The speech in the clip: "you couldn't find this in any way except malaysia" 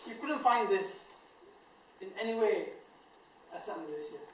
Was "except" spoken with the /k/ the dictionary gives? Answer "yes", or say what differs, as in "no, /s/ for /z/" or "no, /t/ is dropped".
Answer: no, /k/ is dropped